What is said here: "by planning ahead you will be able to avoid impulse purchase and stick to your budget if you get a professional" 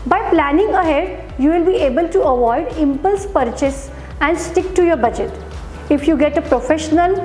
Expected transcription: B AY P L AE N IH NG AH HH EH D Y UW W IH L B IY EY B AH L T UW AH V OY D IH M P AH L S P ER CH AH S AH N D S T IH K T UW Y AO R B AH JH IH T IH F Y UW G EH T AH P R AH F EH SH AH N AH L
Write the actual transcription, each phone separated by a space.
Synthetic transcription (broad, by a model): B AY P L AE N IH NG AH HH EH D Y UW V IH L B IY EY B AH L T UW AH V OY D IH M P AH L S P ER CH AH S AH N D S T IH K T UW Y AO R B AH JH IH T IH F Y UW G EH T AH P R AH F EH SH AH N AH L